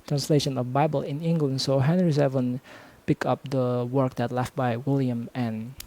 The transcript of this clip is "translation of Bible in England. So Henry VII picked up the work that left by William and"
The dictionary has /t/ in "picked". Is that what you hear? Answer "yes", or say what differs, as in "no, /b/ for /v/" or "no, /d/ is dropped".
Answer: no, /t/ is dropped